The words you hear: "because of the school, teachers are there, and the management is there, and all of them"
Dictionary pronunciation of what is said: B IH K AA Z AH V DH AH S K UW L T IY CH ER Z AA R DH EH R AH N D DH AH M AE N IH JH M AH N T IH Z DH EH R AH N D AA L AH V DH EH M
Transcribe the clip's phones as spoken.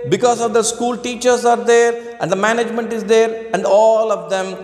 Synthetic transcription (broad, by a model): B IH K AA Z AH V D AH S K UW L T IY CH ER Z AA R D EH R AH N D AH M AE N IH JH M AH N T IH Z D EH R AH N D AA L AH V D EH M